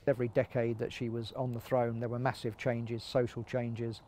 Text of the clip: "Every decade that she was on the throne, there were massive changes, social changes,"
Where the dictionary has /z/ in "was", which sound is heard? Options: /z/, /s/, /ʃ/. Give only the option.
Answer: /z/